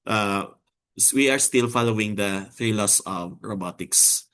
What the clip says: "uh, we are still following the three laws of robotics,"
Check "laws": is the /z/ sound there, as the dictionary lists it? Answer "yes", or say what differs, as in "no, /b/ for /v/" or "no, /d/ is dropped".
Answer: no, /s/ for /z/